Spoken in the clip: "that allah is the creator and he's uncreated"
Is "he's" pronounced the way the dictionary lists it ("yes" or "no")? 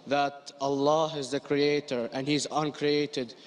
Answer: yes